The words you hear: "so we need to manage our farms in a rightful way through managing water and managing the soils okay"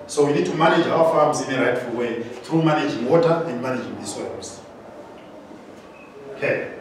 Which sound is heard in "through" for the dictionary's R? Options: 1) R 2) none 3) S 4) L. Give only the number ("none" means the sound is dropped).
1